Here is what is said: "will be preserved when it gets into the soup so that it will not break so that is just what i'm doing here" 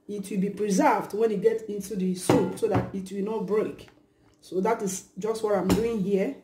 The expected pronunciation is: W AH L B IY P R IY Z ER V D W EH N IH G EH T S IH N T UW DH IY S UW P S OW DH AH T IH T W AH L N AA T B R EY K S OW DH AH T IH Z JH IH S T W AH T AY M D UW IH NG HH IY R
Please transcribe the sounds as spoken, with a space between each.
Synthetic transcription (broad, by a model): W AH L B IY P R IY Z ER V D W EH N IH G EH T IH N T UW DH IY S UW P S OW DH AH T IH T W AH L N AA T B R EY K S OW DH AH T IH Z JH IH S T W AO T AY M D UW IH NG HH IY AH